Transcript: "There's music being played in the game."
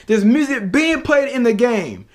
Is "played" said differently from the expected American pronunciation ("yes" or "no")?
no